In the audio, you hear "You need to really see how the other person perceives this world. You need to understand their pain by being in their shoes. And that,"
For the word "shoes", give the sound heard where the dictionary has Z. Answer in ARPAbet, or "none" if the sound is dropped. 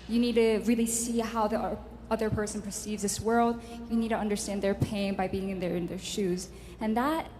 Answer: Z